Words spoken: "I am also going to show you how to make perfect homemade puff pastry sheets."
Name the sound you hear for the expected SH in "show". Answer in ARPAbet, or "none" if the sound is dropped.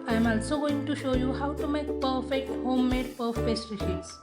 SH